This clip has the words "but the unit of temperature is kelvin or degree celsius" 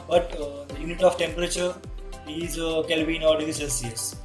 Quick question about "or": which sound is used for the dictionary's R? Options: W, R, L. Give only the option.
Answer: L